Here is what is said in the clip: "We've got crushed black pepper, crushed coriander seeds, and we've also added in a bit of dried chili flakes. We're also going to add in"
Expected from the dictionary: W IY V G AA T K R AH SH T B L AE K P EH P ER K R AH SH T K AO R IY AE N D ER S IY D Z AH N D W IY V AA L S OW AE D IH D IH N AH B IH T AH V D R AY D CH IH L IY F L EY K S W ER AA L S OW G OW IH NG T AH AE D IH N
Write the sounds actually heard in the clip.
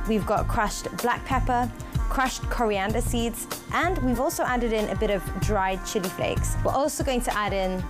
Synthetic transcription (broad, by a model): W IY V G AA T K R AH SH T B L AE K P EH P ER K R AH SH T K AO R IY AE N D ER S IY D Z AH N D W IY V AA L S OW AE D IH D IH N AH B IH T AH V D R AY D CH IH L IY F L EY K S W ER AA L S OW G OW IH NG T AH AE D IH N